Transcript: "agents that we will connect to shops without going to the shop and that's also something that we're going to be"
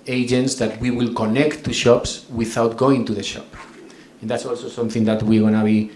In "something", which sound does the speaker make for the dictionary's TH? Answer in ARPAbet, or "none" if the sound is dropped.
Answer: TH